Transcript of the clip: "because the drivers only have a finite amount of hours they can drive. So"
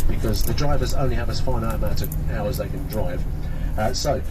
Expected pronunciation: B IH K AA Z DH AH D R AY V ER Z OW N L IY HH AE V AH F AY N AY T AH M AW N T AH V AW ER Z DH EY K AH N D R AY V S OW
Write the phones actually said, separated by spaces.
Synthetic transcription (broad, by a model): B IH K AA Z DH AH D R AY V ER Z OW N L IY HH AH V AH F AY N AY AH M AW T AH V AW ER Z DH EY K AH N D R AY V S OW